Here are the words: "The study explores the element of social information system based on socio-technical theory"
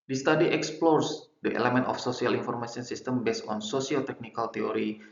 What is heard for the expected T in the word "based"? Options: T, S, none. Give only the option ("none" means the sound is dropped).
none